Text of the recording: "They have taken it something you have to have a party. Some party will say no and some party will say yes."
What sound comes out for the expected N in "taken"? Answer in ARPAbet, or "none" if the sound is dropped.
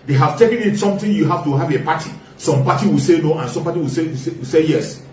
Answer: N